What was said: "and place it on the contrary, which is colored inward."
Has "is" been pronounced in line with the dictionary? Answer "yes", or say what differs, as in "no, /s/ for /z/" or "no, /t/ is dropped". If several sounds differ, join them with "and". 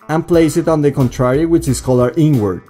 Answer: no, /s/ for /z/